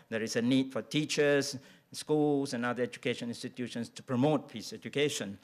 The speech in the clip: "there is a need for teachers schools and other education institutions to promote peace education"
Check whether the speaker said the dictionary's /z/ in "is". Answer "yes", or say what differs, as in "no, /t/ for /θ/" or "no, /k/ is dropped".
no, /s/ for /z/